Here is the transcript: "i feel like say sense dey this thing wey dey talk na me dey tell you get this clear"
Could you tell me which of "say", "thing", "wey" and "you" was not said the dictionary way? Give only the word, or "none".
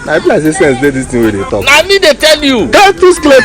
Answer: thing